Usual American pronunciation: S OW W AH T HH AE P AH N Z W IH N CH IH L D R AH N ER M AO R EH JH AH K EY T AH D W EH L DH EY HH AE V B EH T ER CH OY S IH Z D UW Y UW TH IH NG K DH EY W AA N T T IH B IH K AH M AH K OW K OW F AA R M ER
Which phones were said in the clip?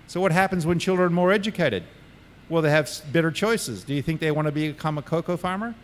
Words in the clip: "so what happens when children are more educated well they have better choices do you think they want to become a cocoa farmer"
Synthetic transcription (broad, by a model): S OW W AH T HH AE P AH N Z W IH N CH IH L D R AH N M AO R EH JH AH K EY T AH D W EH L DH EY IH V B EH T ER CH OY S IH Z D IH Y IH TH IH NG K DH EY W AA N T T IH B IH K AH M AH K OW K OW F AA R M ER